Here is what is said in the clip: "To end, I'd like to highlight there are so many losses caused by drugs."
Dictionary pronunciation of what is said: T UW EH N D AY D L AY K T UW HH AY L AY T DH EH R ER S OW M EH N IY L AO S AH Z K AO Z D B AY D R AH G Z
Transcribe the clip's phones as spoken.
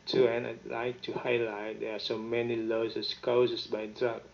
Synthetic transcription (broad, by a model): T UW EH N AY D L AY K T UW HH AY L AY T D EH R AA S OW M EH N IY L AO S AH S K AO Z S B AY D R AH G